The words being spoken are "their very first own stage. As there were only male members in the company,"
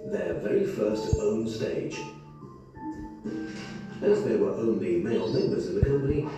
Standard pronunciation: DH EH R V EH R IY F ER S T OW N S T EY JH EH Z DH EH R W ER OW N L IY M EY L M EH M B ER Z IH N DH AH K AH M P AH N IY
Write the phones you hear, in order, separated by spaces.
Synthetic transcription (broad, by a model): DH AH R V EH R IY F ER S T OW N S T EY JH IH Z DH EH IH W ER OW N L IY M EY L M EH M B ER Z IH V DH AH K AH M P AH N IY